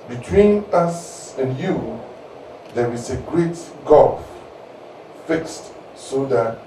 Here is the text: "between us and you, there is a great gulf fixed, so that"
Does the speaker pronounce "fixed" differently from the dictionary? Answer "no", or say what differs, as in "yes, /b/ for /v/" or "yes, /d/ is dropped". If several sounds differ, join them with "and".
no